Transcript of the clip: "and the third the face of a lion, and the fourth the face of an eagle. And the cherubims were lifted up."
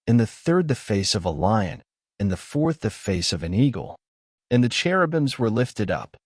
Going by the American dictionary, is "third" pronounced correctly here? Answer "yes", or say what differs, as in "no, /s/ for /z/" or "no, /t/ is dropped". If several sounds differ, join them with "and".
yes